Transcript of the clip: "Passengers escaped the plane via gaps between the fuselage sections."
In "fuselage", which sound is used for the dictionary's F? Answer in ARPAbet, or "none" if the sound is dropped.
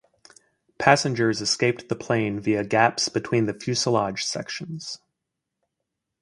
F